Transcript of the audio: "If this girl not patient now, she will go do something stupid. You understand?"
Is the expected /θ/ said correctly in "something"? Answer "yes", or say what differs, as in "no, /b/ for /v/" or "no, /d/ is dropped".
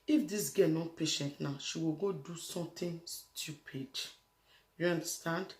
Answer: no, /t/ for /θ/